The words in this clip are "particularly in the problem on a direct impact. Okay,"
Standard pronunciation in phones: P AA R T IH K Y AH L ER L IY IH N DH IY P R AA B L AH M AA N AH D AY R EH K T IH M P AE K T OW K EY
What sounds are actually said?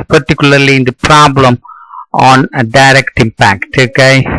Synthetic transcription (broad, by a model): P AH R T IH K Y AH L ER L IY IH N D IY P R AA B L AH M AA N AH D AY R EH K T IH M P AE K T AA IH